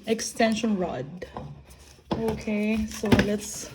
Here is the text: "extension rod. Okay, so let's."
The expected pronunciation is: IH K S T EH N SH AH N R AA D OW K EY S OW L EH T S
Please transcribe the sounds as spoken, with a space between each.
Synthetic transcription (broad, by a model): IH K S T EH N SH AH N R AA D OW K EY S OW L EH T S